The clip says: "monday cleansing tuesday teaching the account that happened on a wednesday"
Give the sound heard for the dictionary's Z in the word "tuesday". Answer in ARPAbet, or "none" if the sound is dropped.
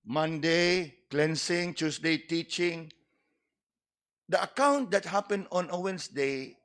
S